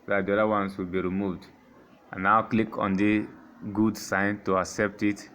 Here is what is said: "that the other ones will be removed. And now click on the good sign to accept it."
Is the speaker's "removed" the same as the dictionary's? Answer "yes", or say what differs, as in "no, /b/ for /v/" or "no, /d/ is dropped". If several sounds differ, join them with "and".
yes